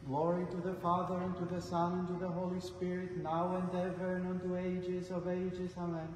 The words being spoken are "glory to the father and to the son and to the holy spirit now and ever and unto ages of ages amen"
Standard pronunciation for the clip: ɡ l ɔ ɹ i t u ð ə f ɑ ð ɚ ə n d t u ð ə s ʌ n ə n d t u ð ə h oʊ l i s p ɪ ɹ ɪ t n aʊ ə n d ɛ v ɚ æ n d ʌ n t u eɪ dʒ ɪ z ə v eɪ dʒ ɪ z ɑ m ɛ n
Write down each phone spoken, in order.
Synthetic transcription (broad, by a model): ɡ l ɔ ɹ i t u ð ə f ɑ ð ɚ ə n t u ð ə s ʌ n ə n t u ð ə h oʊ l i s p ɪ ɹ ɪ t n aʊ ə n d ɛ v ɚ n ʌ n t u eɪ dʒ ɪ z ə v eɪ dʒ ɪ z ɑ m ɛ n